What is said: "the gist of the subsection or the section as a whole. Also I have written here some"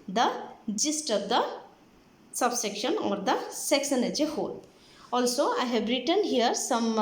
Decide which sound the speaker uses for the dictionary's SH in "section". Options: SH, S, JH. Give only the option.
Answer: S